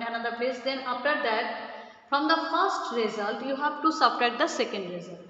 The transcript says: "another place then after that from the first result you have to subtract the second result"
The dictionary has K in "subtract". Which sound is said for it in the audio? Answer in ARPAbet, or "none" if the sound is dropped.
none